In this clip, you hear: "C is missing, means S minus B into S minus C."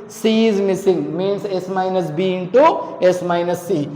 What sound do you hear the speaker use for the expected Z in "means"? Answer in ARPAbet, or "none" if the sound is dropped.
S